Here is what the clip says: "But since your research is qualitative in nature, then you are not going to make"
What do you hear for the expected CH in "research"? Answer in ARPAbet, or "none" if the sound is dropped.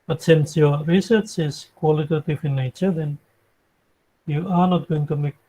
CH